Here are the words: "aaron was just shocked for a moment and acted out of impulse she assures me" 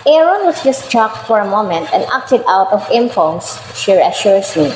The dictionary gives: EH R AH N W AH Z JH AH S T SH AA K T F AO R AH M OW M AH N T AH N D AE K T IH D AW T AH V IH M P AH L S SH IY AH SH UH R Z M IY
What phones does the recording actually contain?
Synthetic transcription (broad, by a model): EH R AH N W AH S JH AH S T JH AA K T F AO R AH M OW M AH N T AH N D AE K T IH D AW T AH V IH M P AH N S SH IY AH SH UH R S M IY